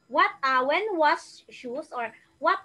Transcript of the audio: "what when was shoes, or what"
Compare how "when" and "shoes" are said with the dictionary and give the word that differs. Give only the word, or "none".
shoes